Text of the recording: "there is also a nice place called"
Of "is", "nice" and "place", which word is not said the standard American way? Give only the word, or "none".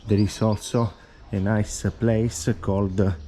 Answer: is